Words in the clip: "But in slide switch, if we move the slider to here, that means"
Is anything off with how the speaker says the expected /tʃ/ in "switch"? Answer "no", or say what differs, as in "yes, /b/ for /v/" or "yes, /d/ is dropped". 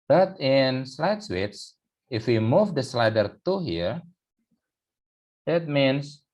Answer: yes, /s/ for /tʃ/